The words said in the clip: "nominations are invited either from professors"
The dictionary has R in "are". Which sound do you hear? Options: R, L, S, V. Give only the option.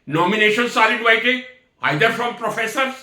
L